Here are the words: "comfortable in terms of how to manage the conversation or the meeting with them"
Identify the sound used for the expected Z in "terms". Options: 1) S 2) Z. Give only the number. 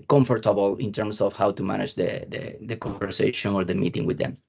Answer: 1